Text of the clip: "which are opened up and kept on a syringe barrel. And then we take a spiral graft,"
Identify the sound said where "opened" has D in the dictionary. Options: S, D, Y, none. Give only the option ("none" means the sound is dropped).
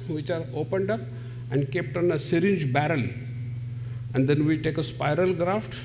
D